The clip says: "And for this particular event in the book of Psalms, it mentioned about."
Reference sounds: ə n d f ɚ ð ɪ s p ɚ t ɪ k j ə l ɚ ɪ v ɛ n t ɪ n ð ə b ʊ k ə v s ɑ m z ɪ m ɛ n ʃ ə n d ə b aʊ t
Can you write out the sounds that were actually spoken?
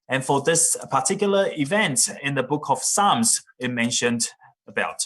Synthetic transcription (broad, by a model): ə n f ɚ ð ɪ s p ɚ t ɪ k j l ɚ ɪ v ɛ n t ɪ n ð ə b ʊ k ə v s ɑ m z ɪ m ɛ n ʃ ə n d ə b aʊ t